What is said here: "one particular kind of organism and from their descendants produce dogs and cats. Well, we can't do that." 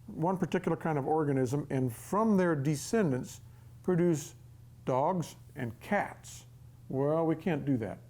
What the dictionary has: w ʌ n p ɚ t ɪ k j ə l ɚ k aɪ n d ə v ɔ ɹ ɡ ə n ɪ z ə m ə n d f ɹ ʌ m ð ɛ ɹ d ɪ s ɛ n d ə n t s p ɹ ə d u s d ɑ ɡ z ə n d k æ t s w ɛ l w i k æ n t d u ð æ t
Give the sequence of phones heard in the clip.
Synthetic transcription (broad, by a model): w ʌ n p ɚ t ɪ k j l ɚ k aɪ n d ə v ɔ ɹ ɡ ə n ɪ z ə m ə n f ɹ ʌ m ð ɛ ɹ d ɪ s ɛ n d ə n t s p ɹ ə d u s d ɑ ɡ z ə n k æ t s w ɛ l w i k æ n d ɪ ð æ t